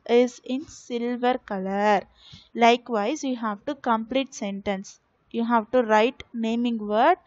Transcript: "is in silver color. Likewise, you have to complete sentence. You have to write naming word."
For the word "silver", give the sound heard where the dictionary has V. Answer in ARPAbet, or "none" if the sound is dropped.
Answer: V